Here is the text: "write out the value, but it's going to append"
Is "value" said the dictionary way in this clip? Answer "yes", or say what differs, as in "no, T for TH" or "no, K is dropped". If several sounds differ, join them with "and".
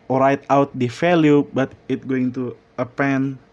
no, F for V